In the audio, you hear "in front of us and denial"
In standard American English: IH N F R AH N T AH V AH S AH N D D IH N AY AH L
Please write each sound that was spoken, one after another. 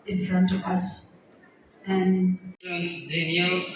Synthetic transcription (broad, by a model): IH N F R AH N T AH V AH S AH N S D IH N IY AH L